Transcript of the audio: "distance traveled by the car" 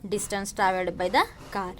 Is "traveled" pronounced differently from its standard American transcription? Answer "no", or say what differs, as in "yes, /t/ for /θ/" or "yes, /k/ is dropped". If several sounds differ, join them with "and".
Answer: yes, /l/ is dropped